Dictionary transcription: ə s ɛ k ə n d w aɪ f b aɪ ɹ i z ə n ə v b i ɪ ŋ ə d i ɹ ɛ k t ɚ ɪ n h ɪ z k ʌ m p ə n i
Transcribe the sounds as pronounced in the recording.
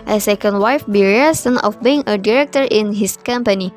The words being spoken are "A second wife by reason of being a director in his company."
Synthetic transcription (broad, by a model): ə s ɛ k ə n d w aɪ f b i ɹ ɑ s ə n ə f b i ɪ ŋ ə d i ɹ ɛ k t ɚ ɪ n h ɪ s k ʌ m p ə n i